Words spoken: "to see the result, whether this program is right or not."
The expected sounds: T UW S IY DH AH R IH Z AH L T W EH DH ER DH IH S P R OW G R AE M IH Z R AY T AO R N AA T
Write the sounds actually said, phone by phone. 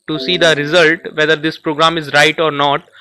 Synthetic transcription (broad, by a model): T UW S IY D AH R IH Z AH L T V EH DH ER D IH S P R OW G R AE M IH Z R AY T AO R N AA T